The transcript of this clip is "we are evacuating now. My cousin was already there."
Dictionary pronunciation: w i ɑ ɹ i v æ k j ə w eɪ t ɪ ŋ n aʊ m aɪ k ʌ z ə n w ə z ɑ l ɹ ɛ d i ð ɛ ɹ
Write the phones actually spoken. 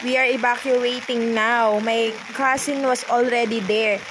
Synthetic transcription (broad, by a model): w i ɑ ɹ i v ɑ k j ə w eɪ t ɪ ŋ n aʊ m aɪ k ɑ s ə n w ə s ɑ l ɹ ɛ d i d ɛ ɹ